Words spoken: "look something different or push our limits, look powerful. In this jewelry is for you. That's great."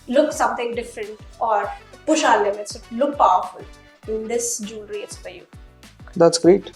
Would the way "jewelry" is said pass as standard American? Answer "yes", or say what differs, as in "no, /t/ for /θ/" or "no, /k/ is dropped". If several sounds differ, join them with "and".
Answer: no, /n/ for /l/